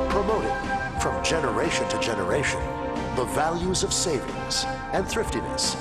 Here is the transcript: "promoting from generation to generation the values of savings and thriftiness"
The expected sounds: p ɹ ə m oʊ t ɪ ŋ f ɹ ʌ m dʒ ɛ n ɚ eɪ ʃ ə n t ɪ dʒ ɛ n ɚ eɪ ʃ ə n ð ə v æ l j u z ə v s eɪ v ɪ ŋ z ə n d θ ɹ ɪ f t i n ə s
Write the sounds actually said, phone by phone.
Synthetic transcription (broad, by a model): p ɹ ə m oʊ t ɪ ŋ f ɹ ʌ m dʒ ɛ n ɚ eɪ ʃ ə n t ɪ dʒ ɛ n ɚ eɪ ʃ ə n ð ə v æ l j u z ə v s eɪ v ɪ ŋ s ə n θ ɹ ɪ f t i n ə s